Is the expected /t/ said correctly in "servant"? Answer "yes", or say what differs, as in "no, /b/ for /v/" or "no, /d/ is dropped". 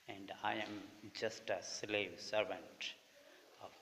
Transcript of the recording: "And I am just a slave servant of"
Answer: yes